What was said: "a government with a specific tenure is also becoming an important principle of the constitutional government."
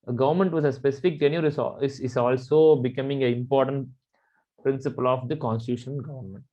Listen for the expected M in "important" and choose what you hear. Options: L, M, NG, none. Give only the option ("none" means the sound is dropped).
M